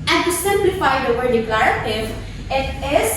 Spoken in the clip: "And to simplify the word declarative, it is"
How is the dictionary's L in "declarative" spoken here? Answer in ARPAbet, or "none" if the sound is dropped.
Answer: L